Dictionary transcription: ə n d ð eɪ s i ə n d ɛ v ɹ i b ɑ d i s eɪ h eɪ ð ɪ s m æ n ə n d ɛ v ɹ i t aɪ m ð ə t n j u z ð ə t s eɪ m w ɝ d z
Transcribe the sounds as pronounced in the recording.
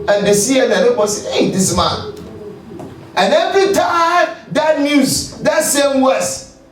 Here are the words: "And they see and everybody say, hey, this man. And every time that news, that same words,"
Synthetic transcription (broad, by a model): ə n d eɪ s i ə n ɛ ɹ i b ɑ s eɪ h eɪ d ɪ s m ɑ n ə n ɛ v ɹ i t aɪ m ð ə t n j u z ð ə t s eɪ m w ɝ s